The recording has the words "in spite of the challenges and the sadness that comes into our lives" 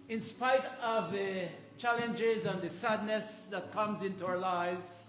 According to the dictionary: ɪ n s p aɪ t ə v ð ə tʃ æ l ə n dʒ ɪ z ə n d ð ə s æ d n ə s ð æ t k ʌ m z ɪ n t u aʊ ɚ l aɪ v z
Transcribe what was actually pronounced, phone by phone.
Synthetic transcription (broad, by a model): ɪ n s p aɪ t ə v ð ə tʃ æ l ə n dʒ ɪ z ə n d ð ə s æ d n ə s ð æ t k ʌ m z ɪ n t u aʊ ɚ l aɪ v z